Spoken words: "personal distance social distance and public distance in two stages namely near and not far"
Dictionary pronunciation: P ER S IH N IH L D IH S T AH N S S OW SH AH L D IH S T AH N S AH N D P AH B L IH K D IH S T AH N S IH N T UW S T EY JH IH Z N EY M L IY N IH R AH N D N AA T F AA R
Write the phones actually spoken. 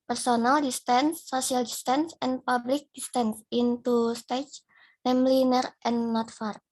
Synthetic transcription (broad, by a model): P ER S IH N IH L D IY S T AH N S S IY AH L D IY S T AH N S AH N P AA B L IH K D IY S T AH N S IH N T UW S T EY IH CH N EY M L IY N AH R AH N N AA T F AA R